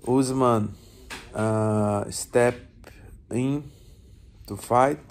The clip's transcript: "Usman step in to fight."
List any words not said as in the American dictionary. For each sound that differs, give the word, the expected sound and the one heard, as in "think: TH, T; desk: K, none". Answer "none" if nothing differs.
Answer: none